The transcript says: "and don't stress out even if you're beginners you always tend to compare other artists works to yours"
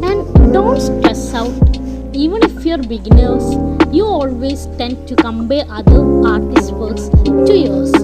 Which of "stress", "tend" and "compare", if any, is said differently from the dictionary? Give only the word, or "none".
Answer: compare